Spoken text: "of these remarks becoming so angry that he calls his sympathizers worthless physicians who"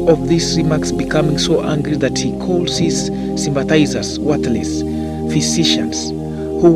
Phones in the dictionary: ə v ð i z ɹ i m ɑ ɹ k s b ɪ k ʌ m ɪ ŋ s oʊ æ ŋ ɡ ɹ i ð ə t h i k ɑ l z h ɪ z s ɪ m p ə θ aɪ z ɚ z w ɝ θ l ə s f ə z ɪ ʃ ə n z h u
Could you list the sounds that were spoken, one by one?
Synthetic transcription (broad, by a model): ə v ð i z ɹ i m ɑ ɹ k s b ɪ k ʌ m ɪ ŋ s oʊ æ ŋ ɡ ɹ i ð ə t h i k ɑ l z h ɪ z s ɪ m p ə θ aɪ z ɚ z w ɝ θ l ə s f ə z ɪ ʃ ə n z h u